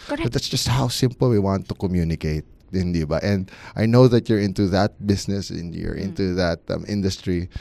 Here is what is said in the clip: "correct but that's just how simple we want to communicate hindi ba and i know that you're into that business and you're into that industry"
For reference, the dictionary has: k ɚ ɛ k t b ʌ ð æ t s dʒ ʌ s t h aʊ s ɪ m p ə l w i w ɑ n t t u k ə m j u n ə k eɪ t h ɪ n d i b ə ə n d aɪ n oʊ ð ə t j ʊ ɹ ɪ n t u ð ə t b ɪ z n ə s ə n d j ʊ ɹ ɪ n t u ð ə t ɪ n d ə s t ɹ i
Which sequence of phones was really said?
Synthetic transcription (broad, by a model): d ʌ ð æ t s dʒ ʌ s t h aʊ s ɪ m p ə l w i w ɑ n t t u k ə m j u n ə k eɪ t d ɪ n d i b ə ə n d aɪ n oʊ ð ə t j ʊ ɹ ɪ n t u ð ə t b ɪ s n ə s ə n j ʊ ɹ ɪ n t u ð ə t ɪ n d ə s t ɹ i